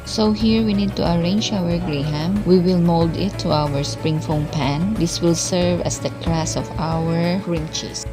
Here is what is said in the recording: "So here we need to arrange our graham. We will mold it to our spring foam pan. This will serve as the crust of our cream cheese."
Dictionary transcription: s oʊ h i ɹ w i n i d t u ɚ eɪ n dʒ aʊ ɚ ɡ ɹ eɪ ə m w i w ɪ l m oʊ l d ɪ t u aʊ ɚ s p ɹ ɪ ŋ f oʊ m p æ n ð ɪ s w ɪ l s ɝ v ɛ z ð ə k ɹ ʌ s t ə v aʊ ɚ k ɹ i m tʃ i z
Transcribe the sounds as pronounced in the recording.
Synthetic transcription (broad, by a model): s oʊ h i ɹ w i n i d t u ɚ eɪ n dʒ aʊ ɚ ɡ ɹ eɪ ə m w i w ɪ l m oʊ l d ɪ t u aʊ ɚ s p ɹ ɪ ŋ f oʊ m p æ n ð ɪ s w ɪ l s ɝ v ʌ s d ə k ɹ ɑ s ə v aʊ ɚ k ɹ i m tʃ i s